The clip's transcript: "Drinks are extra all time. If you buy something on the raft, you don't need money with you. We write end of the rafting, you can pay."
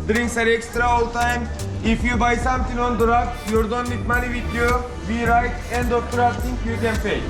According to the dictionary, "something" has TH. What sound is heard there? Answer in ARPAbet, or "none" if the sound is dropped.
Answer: T